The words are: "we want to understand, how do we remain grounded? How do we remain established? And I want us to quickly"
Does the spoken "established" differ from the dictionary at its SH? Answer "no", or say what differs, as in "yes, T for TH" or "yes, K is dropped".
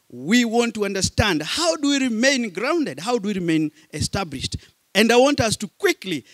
no